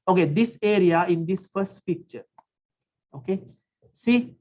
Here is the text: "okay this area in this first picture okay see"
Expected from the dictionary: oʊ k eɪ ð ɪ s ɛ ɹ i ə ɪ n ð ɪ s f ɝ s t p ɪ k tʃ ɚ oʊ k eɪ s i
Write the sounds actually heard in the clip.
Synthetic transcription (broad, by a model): oʊ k eɪ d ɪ s ɛ ɹ i ə ɪ n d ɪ s f ɝ s t f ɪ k tʃ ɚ oʊ k eɪ s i